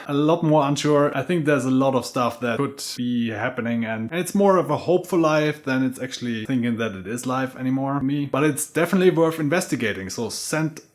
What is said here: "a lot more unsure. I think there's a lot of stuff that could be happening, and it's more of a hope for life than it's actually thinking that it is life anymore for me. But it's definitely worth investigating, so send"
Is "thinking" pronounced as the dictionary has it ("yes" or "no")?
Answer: yes